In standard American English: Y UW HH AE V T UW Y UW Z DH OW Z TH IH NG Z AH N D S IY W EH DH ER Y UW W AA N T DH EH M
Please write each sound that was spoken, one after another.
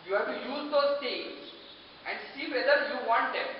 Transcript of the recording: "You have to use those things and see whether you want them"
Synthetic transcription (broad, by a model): Y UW HH AE V T UW Y UW Z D OW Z T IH NG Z AH N D S IY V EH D ER Y UW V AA N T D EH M